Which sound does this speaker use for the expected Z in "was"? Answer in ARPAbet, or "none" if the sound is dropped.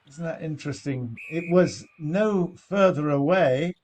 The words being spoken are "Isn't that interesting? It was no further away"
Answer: Z